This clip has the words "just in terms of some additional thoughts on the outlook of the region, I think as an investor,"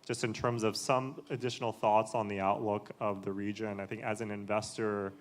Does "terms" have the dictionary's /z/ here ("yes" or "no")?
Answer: yes